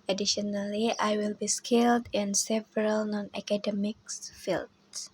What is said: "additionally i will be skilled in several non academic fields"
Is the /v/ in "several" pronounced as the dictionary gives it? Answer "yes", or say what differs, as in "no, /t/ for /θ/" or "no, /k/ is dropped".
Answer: yes